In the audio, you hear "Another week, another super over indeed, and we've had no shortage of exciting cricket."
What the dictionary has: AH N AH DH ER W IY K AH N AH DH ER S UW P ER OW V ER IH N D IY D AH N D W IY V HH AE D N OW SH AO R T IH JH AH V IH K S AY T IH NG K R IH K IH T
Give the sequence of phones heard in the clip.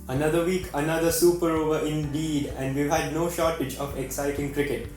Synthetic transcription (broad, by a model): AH N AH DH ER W IY K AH N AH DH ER S UW P ER OW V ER IH N D IY D AH N D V IY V HH AE D N OW SH AO R T IH JH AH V IH K S AY T IH NG K R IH K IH T